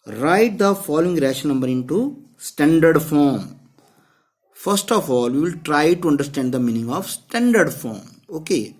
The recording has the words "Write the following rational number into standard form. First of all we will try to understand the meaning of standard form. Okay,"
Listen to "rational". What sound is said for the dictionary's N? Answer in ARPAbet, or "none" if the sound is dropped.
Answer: none